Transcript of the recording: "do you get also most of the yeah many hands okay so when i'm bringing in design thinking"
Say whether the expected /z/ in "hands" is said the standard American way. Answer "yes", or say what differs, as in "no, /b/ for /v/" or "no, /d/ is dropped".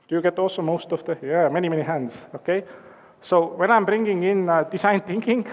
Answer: no, /s/ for /z/